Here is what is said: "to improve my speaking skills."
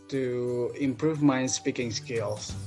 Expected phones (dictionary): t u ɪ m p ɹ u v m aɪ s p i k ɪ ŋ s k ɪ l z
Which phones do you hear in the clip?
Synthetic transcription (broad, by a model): t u ɪ m p ɹ u v m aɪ s p i k ɪ ŋ s k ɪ l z